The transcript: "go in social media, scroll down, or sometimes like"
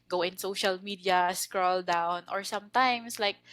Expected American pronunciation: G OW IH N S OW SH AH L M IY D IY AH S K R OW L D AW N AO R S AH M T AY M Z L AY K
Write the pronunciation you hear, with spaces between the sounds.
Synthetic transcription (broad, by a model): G OW IH N S OW SH AH L M IY D IY AH S K R OW L D AW N AO R S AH M T AY M S L AY K